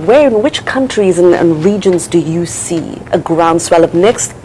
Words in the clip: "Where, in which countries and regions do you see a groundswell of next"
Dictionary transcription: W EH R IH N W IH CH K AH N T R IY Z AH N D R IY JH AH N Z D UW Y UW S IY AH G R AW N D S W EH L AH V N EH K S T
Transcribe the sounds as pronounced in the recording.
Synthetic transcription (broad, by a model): W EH R IH N W IH CH K AH N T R IY Z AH N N R IY JH AH N Z D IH Y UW S IY AH G R AW N D S W EH L AH V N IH K S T